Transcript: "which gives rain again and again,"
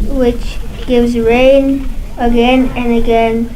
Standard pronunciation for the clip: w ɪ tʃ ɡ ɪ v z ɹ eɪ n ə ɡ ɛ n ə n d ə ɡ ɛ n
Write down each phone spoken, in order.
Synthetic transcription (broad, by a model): w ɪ tʃ ɡ ɪ v z ɹ eɪ n ə ɡ ɛ n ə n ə ɡ ɛ n